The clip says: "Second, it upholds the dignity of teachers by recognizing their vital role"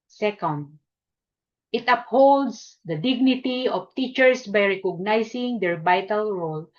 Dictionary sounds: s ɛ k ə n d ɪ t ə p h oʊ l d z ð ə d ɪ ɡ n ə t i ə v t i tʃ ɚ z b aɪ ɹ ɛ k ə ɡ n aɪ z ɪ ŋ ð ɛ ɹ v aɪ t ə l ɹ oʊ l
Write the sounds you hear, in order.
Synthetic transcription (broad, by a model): s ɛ k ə n d ɪ t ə p h oʊ l d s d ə d ɪ ɡ n ə t i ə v t i tʃ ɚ s b aɪ ɹ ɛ k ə ɡ n aɪ s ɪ ŋ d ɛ ɹ b aɪ t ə l ɹ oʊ l